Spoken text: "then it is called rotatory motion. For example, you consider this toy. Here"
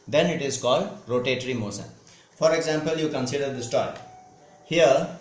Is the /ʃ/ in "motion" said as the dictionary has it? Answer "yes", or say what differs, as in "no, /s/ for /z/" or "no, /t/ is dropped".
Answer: no, /s/ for /ʃ/